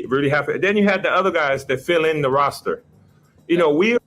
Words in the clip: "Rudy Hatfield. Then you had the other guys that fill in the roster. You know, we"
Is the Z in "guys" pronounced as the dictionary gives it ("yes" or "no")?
yes